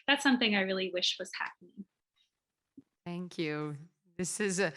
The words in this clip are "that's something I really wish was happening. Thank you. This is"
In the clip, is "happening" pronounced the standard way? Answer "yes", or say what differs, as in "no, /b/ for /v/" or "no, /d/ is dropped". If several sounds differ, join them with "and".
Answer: yes